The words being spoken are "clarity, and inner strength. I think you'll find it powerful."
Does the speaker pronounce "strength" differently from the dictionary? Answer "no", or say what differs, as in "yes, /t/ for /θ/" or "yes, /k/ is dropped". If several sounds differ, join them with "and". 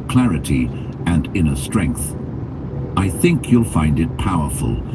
no